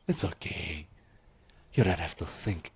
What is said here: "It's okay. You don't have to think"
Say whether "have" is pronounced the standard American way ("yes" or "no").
no